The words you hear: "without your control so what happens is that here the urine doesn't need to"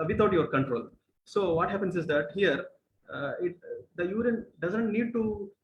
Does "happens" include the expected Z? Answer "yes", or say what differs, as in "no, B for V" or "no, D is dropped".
no, S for Z